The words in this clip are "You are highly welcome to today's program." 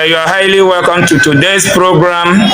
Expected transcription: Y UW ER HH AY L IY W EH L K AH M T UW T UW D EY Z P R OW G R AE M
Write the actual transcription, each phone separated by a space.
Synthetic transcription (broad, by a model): Y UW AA HH AY L IY W EH L K AH M T UW T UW D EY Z P R OW G R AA M